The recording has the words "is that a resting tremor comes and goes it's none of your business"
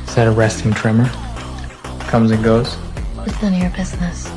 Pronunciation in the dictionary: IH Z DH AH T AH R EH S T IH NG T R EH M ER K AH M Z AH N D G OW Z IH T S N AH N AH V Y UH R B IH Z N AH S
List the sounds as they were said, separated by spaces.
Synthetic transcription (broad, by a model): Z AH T AH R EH S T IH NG T R EH M ER K AH M Z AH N G OW Z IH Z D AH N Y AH R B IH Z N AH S